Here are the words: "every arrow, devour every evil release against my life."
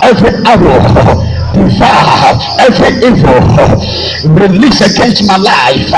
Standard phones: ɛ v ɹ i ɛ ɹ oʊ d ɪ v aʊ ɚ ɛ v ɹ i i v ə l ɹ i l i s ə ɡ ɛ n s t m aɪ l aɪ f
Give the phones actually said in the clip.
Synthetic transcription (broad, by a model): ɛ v ɹ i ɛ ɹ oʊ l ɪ f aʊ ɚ ɛ v ɹ i i v ə l ɹ i l i s ə ɡ ɛ n s t m aɪ l aɪ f